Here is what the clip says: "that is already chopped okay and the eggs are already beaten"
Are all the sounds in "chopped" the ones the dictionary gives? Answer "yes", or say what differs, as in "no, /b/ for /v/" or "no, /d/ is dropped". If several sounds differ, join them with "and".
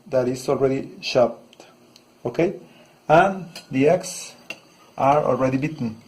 no, /ʃ/ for /tʃ/